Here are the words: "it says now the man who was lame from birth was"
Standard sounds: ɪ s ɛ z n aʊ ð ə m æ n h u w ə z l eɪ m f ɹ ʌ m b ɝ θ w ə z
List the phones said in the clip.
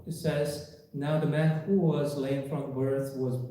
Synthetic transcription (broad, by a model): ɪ s ɛ z n aʊ ð ə m æ n h u w ə z l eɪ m f ɹ ʌ m b ɝ θ w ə z